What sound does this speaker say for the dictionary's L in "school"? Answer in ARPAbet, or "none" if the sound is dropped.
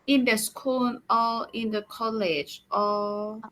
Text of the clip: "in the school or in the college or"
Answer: N